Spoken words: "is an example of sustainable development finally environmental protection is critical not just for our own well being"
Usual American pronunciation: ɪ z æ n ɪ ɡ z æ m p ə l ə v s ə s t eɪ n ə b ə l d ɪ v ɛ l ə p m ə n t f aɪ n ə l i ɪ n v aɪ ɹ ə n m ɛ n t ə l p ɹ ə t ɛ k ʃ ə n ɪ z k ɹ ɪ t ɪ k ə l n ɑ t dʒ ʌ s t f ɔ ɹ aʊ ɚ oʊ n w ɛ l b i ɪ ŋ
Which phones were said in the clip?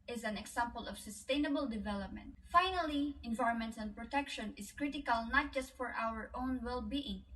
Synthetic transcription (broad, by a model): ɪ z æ n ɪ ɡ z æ m p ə l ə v s ə s t eɪ n ə b ə l d ɪ v ɛ l ə p m ə n t f aɪ n ə l i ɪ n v aɪ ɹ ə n m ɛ n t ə n p ɹ ə t ɛ k ʃ ə n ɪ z k ɹ ɪ t ɪ k ə l n ɑ t dʒ ʌ s t f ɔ ɹ aʊ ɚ oʊ n w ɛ l b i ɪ ŋ